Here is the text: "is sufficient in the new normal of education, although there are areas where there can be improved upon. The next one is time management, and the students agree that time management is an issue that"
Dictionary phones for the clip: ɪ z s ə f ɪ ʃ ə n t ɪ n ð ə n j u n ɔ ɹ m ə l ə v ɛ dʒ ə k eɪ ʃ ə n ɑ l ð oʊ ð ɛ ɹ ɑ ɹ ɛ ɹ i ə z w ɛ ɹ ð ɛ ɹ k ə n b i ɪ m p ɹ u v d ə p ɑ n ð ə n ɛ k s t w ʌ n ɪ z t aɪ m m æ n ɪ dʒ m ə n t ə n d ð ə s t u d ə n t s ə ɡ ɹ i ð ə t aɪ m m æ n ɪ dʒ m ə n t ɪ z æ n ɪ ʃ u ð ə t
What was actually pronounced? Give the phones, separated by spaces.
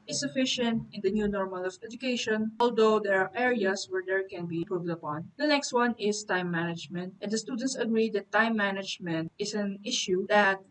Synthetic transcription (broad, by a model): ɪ s ə f ɪ ʃ ə n t ɪ n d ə n j u n ɔ ɹ m ə l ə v ɛ dʒ ə k eɪ ʃ ə n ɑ l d oʊ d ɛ ɹ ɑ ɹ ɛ ɹ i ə s w ɛ ɹ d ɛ ɹ k ə n b i p ɹ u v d ə p ɑ n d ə n ɛ k s t w ʌ n ɪ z t aɪ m m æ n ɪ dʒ m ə n t ə n d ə s t u d ə n t s ə ɡ ɹ i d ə t aɪ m m æ n ɪ dʒ m ə n t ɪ s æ n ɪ ʃ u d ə t